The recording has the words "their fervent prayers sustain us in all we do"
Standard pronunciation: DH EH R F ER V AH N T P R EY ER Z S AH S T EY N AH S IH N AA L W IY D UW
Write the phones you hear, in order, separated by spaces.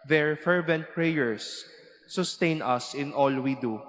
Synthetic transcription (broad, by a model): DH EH R F ER V AH N T P R EY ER S AH S T EY N AH S IH N AA L W IY D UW